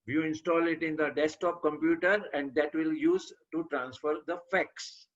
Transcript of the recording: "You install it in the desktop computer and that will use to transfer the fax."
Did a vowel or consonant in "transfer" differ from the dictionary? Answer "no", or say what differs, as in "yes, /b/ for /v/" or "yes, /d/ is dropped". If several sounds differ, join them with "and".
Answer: no